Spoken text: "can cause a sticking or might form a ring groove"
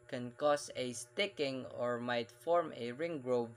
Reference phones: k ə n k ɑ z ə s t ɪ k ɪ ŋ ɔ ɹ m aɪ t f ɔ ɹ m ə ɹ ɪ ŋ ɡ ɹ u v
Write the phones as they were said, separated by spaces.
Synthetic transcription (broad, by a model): k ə n k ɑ s ə s t ɪ k ɪ ŋ ɔ ɹ m aɪ t f ɔ ɹ m ə ɹ ɪ ŋ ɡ ɹ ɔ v